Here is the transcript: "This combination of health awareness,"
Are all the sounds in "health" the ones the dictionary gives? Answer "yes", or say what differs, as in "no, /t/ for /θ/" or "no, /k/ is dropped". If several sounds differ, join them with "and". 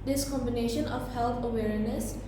no, /t/ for /θ/